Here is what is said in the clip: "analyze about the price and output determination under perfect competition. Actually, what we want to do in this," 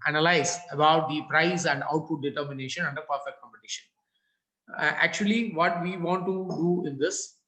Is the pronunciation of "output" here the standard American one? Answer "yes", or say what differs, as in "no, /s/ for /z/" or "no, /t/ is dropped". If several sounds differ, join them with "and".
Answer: yes